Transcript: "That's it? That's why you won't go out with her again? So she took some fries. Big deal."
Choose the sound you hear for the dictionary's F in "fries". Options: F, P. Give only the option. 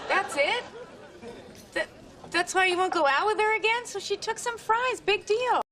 F